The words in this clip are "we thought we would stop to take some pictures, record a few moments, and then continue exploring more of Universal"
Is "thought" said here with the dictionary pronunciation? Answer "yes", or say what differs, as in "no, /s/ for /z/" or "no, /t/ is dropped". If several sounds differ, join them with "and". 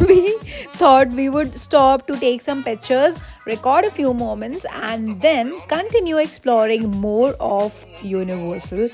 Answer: no, /t/ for /θ/